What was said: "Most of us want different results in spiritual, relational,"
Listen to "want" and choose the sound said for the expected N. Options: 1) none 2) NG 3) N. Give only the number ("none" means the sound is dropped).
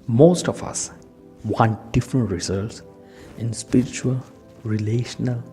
3